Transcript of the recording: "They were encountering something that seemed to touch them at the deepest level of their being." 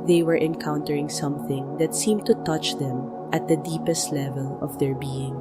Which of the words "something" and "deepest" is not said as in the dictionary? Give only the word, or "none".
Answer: none